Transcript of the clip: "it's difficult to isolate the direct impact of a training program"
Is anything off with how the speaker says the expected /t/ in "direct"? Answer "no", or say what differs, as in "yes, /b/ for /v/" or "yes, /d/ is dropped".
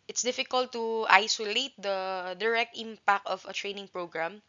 no